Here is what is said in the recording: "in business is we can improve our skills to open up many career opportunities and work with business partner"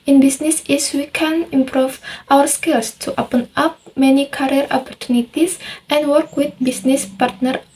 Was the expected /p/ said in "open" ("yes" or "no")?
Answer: yes